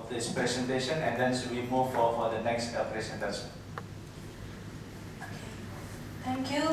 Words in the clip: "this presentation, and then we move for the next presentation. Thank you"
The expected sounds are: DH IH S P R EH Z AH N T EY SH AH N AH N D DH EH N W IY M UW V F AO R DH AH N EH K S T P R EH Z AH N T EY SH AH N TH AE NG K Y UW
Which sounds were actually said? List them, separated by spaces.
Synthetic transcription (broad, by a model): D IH S P R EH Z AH N T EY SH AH N AH N D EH N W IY M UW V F AO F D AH N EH K S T P R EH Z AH N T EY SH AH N T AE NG K Y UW